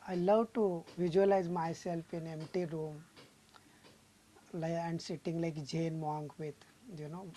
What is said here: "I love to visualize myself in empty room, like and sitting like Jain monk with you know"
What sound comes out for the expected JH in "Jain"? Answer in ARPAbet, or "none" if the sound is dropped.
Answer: JH